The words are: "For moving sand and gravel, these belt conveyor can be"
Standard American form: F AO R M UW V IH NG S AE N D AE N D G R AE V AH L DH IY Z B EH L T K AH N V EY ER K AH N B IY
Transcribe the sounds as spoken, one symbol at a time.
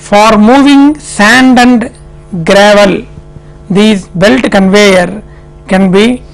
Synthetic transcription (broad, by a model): F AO R M UW V IH NG S AE N D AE N D G R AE V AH L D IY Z B EH L T K AH N V EY ER K AH N B IY